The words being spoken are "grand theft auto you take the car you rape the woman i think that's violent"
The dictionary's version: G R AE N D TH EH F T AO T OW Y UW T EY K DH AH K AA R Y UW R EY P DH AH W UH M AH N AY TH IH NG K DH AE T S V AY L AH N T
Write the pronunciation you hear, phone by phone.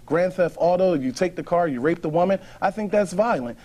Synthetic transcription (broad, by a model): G R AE N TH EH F AO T OW Y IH T EY K DH AH K AA R Y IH R EY P DH AH W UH M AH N AY TH IH NG K DH AE T S V AY L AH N T